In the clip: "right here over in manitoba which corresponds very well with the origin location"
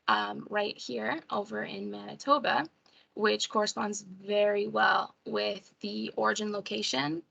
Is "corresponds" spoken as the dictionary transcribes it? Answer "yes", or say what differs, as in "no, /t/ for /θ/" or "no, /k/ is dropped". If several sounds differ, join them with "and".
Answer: yes